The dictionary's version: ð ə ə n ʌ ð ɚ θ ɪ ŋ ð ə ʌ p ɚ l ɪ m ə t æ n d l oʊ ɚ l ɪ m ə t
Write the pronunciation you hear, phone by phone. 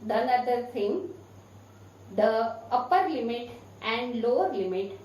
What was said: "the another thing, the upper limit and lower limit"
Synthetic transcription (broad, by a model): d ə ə n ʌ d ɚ s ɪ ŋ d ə ʌ p ɚ l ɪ m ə t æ n d l oʊ ɚ l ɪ m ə t